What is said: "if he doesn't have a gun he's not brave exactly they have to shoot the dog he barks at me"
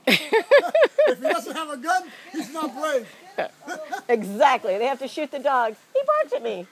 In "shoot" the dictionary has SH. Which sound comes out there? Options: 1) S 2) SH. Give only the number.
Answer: 2